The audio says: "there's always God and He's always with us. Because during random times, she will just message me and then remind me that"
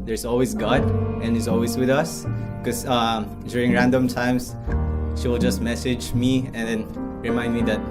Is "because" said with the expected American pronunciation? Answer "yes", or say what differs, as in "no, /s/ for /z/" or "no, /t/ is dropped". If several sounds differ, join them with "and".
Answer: no, /z/ is dropped